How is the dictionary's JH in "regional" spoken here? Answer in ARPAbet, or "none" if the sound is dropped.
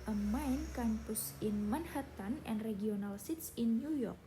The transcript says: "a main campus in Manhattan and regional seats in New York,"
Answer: none